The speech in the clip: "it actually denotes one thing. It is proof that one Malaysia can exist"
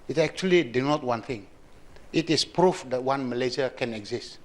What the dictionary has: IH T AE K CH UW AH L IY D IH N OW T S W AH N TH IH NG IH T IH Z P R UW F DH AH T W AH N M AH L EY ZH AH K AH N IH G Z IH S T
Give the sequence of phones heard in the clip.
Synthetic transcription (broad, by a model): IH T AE K CH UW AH L IY D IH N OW T W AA N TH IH NG IH T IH S P R UW F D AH T W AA N M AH L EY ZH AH K AH N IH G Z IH S T